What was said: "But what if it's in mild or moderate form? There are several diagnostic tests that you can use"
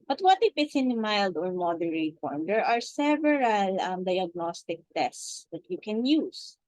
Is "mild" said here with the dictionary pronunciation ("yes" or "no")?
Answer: yes